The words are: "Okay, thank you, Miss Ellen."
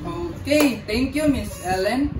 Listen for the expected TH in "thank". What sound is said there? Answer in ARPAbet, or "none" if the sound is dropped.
T